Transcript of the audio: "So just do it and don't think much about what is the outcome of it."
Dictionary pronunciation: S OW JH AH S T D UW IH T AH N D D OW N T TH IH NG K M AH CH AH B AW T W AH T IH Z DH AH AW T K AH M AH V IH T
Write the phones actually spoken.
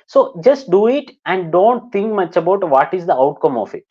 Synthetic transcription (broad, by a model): S OW JH AH S T D UW IH T AH N D D OW N T T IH NG K M AH CH AH B AW T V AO T IH Z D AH AW T K AH M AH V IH T